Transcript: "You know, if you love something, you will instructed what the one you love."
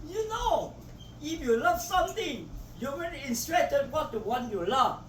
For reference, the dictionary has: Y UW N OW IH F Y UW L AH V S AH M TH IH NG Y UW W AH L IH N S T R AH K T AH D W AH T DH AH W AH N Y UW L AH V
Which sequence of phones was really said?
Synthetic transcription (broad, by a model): Y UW N OW IH F Y UW L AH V S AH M T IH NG Y UW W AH N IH N S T R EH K T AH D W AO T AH W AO N Y UW L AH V